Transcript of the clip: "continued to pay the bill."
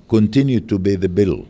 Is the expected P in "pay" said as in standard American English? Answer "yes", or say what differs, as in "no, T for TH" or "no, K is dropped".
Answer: no, B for P